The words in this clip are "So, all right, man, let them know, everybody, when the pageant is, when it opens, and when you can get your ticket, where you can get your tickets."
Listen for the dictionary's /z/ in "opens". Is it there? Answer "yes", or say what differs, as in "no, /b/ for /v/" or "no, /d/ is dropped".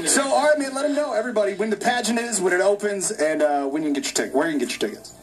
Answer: yes